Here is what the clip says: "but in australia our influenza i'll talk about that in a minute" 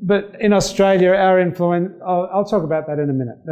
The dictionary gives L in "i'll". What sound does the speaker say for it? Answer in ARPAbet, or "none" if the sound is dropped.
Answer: L